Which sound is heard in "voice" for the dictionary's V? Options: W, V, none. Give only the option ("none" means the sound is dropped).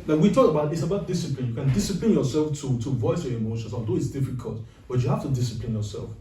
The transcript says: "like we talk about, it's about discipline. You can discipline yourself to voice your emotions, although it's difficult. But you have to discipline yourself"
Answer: V